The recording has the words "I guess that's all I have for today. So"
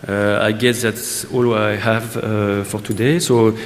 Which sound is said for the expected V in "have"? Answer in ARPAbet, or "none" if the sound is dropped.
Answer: V